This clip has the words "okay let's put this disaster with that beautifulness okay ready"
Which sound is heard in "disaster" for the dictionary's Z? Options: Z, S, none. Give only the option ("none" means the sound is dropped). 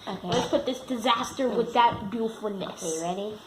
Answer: Z